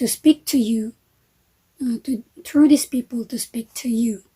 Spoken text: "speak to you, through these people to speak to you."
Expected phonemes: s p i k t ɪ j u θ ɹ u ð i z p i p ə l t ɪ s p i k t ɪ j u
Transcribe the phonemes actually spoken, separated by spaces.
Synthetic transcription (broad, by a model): s p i k t ɪ j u t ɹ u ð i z p i p ə l t ɪ s p i k t ɪ j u